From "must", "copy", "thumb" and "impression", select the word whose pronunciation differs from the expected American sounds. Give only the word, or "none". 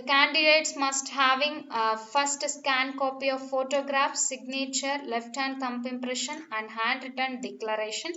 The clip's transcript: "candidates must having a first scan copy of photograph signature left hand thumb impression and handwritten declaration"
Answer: thumb